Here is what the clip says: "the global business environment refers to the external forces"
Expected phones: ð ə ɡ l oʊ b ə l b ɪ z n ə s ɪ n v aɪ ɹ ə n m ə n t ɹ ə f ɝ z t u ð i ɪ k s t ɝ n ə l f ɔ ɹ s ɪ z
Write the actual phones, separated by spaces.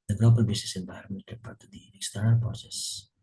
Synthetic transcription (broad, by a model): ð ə ɡ l oʊ b ə l b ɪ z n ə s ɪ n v aɪ ɹ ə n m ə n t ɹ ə p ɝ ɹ t u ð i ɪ k s t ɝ n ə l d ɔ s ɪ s